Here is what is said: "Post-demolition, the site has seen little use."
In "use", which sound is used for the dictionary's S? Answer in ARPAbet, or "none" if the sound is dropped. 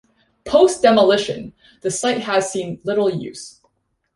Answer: S